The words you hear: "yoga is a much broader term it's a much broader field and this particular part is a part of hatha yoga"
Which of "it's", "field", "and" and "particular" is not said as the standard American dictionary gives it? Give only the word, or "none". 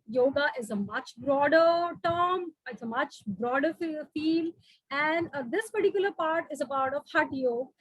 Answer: field